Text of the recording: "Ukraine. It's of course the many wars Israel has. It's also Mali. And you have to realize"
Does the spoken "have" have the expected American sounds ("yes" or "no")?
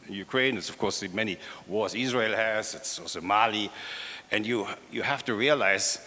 no